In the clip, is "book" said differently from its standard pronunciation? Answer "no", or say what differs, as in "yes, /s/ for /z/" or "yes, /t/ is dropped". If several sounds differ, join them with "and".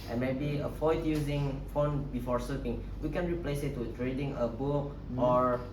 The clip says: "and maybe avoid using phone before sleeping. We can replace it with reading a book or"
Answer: yes, /k/ is dropped